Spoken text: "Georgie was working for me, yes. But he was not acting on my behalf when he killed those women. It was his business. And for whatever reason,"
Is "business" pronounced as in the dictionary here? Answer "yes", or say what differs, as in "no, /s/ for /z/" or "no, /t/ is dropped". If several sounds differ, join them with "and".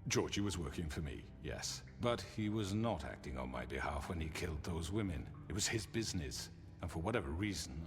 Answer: yes